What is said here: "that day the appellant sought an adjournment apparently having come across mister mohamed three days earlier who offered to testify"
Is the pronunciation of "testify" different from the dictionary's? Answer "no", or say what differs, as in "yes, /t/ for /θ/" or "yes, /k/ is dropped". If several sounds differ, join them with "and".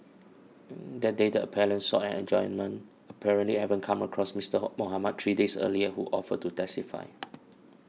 no